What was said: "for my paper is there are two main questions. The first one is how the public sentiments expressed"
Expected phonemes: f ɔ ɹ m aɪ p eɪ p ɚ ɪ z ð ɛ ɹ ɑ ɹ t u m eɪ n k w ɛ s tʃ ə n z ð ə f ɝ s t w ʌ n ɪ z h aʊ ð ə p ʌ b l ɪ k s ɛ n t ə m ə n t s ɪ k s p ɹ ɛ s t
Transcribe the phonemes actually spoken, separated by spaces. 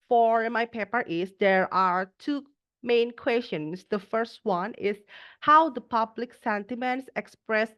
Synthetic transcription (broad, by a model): f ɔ ɹ m aɪ p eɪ p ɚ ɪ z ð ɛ ɹ ɑ ɹ t u m eɪ n k w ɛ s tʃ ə n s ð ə f ɝ s t w ʌ n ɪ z h aʊ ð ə p ʌ b l ɪ k s ɛ n t ə m ə n t s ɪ k s p ɹ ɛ s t